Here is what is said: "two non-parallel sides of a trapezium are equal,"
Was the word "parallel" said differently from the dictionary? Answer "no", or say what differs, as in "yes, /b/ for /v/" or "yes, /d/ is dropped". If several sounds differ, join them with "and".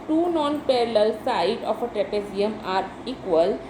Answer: no